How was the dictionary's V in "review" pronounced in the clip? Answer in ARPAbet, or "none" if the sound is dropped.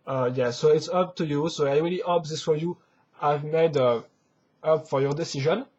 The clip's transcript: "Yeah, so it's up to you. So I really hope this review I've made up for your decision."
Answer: none